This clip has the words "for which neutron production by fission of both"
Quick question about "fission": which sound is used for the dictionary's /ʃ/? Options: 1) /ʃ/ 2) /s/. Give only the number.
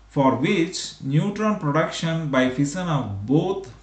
2